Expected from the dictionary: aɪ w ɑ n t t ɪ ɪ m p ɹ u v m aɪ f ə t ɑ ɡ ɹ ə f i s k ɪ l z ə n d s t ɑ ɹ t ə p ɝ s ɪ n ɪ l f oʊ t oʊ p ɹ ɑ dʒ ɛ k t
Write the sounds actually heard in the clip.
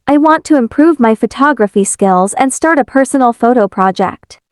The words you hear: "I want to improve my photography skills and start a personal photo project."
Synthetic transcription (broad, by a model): aɪ w ɑ n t t ɪ ɪ m p ɹ u v m aɪ f ə t ɑ ɡ ɹ ə f i s k ɪ l z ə n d s t ɑ ɹ t ə p ɝ s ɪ n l f oʊ t oʊ p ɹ ɑ dʒ ɛ k t